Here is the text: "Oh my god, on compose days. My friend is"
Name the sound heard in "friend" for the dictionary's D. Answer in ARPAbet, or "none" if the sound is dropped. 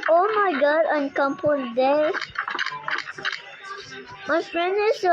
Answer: none